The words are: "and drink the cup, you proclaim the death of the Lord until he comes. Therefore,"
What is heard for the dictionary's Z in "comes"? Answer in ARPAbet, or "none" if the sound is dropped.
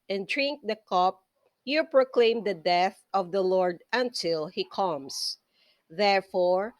S